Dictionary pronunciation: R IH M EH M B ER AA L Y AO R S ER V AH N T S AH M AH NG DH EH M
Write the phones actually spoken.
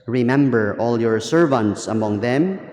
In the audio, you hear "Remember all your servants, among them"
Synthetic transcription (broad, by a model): R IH M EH M B ER AA L Y AO R S ER V AH N T S AH M AH NG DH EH M